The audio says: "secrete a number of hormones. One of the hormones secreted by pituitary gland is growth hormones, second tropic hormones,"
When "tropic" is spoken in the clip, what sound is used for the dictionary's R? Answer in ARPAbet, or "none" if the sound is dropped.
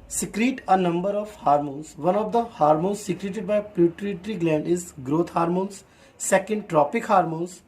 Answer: R